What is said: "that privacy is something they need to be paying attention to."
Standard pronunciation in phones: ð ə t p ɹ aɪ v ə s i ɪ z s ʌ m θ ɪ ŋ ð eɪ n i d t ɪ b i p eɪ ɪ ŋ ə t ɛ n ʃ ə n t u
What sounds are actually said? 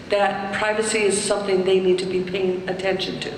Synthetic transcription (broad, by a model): ð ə t p ɹ aɪ v ə s i ɪ z s ʌ m θ ɪ ŋ ð eɪ n i d t ɪ b i p eɪ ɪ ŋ ə t ɛ n ʃ ə n t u